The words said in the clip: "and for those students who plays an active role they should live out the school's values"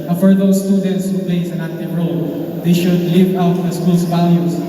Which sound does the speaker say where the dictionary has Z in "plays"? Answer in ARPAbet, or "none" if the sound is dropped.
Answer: S